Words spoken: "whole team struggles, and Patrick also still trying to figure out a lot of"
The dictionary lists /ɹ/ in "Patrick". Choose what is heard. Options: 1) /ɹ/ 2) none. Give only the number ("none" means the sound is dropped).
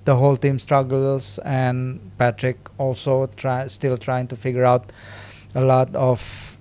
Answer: 1